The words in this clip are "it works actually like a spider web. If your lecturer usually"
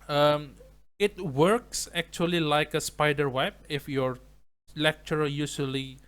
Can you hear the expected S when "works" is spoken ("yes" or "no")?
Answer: yes